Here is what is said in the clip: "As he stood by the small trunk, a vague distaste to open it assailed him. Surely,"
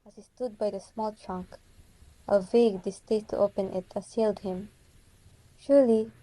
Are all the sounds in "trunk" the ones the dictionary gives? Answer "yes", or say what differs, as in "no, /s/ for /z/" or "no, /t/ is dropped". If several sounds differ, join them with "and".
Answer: yes